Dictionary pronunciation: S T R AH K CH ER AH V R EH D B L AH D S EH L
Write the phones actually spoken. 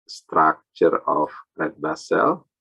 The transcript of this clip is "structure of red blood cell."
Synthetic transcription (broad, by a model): S T R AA K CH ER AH F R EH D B AH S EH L